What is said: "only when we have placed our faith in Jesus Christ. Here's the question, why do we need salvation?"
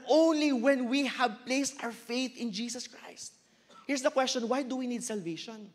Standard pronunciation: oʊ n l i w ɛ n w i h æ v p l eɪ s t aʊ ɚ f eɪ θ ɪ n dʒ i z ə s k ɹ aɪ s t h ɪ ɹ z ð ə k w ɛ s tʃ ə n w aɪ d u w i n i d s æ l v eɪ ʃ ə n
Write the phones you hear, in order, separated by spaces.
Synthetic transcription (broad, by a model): oʊ n l i w ɛ n w i h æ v p l eɪ s t aʊ ɚ f eɪ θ ɪ n dʒ i s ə s k ɹ aɪ s t h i ɹ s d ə k w ɛ s tʃ ə n w aɪ d u w i n i d s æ l v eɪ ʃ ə n